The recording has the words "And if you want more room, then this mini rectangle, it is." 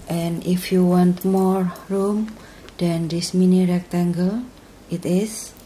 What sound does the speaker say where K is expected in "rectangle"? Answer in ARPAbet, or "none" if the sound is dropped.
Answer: K